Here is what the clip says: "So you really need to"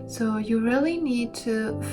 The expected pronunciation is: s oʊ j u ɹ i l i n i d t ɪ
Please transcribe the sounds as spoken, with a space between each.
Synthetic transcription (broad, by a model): s oʊ j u ɹ i l i n i d t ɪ